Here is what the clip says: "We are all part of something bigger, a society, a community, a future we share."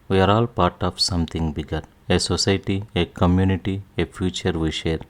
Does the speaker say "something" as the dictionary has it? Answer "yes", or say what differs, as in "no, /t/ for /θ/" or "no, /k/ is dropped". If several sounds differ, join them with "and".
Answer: no, /t/ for /θ/